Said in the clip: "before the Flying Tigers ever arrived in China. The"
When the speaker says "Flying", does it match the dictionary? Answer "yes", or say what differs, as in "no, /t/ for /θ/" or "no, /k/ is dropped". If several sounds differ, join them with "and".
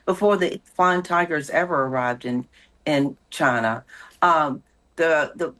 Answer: no, /l/ is dropped